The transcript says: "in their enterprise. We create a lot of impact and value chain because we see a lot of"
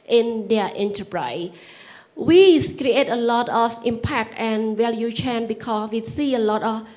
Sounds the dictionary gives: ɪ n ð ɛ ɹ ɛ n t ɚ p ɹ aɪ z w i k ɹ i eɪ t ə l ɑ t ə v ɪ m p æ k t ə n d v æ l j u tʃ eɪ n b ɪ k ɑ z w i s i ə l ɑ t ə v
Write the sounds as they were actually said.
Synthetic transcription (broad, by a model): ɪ n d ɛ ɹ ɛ n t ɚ p ɹ aɪ s w i k ɹ i eɪ t ə l ɑ t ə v ɪ m p æ k t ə n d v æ l j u tʃ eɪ n b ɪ k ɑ s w i s i ə l ɑ t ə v